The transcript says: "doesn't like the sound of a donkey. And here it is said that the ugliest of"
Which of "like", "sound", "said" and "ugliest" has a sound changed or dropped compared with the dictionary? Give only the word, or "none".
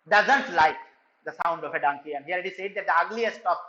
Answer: none